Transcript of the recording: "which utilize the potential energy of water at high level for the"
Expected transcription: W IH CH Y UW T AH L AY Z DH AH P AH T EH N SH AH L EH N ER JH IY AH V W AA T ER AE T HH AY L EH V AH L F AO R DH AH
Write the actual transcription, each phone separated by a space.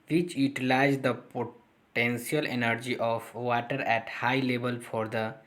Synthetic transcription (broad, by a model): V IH CH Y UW T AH L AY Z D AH P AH T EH N S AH L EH N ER JH IY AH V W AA T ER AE T HH AY L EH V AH L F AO R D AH